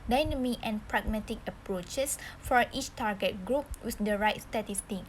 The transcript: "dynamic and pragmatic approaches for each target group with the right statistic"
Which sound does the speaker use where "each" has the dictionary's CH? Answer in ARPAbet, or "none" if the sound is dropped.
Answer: CH